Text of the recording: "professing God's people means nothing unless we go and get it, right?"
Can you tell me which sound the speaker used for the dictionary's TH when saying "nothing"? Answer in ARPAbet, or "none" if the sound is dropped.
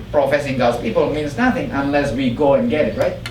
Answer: TH